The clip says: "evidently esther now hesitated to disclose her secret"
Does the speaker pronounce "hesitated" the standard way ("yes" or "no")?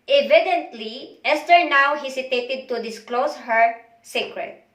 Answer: no